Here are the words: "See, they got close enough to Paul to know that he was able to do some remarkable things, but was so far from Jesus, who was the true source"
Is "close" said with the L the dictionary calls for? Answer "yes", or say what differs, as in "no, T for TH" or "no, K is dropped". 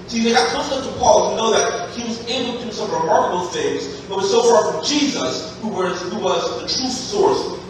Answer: no, L is dropped